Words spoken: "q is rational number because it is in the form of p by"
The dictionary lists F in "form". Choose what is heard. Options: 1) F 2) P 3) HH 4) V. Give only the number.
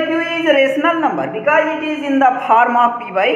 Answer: 2